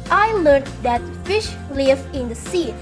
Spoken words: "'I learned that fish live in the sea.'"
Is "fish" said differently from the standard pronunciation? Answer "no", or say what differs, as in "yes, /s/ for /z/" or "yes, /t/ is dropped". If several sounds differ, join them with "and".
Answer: no